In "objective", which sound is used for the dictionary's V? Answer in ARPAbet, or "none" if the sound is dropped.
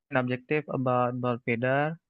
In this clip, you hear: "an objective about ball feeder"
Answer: F